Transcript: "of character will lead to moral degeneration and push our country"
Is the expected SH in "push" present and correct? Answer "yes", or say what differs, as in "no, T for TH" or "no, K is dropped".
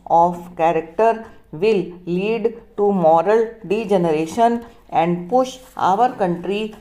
yes